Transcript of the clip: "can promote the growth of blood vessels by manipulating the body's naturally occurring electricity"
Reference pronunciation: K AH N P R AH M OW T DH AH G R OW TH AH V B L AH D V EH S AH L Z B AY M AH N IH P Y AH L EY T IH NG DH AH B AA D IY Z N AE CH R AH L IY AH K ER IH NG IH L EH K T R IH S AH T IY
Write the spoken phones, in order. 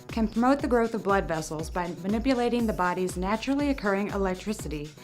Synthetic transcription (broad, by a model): K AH N P R AH M OW T DH AH G R OW TH AH V B L AH D V EH S L Z B AY M AH N IH P Y AH L EY T IH NG DH AH B AA D IY Z N AE CH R L IY AH K ER IH NG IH L EH K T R IH S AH T IY